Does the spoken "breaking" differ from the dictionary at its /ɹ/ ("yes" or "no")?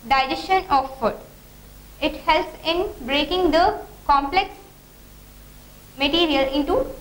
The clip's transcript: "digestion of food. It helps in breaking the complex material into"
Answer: no